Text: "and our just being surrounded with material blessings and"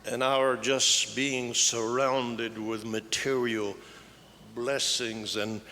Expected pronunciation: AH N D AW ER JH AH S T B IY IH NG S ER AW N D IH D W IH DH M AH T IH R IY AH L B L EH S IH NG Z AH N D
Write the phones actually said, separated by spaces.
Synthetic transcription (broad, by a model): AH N AW ER JH AH S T B IY IH NG S ER AW N D IH D W IH DH M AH T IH R IY L B L EH S IH NG Z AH N